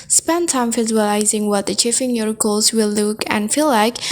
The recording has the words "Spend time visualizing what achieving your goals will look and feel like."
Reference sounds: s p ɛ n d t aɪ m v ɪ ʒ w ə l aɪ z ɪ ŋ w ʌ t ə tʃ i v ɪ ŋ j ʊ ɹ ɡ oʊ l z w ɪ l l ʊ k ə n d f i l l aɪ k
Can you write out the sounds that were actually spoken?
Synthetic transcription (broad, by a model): s p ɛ n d t aɪ m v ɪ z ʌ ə l aɪ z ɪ ŋ w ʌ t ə tʃ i f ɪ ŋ j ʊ ɹ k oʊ l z w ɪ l l ʊ k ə n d f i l l aɪ k